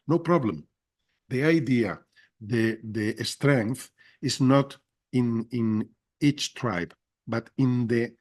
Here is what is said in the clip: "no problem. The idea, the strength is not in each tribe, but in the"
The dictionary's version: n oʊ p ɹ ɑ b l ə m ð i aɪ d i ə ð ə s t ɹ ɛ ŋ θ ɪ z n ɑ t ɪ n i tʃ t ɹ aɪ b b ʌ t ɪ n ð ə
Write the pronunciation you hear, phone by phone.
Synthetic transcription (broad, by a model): n oʊ p ɹ ɑ b l ə m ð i aɪ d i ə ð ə s t ɹ ɛ ŋ θ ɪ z n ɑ t ɪ n i tʃ t ɹ aɪ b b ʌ t ɪ n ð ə